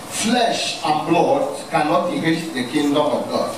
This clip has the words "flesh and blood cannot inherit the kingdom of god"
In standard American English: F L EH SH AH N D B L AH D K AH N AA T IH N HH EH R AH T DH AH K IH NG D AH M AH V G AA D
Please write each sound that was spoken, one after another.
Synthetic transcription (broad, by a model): F L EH SH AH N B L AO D K AH N AA T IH HH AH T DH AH K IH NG D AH M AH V G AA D